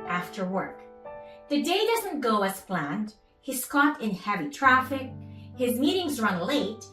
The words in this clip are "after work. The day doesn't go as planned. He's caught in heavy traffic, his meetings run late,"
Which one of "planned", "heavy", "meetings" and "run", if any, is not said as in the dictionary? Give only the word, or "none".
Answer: none